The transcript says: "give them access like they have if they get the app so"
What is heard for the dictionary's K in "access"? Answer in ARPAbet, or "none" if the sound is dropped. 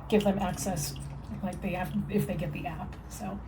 K